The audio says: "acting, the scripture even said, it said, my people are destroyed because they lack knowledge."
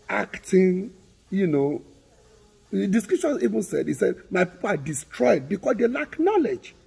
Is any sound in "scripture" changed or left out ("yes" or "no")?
yes